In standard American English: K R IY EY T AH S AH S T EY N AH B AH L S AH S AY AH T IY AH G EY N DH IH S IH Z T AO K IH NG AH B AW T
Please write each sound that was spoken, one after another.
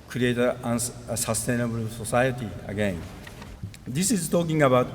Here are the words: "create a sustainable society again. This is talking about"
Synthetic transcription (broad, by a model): K R IY EY T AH S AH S T EY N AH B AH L S AH S AY AH T IY AH G EY N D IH S IH Z T AO K IH NG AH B AW T